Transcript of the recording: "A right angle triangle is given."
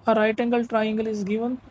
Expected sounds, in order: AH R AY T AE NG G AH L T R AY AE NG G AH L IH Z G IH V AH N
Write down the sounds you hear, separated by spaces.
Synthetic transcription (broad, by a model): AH R AY T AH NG G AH L T R AY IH NG G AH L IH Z G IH V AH N